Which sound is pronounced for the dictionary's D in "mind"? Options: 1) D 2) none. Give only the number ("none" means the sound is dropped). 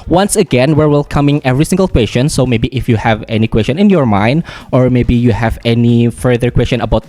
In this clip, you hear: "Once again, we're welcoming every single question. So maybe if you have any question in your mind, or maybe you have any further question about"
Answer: 1